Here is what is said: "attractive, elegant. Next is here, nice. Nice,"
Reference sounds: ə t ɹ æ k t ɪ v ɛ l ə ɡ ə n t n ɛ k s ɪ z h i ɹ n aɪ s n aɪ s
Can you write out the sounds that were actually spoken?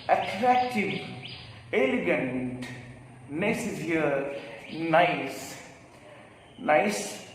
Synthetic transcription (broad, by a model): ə t ɹ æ k t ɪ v ɛ l ə ɡ ə n t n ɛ s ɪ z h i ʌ n aɪ s n aɪ s